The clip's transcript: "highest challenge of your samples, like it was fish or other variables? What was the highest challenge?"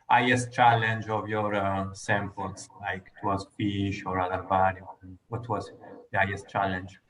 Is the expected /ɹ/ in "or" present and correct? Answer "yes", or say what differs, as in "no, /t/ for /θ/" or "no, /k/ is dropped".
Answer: yes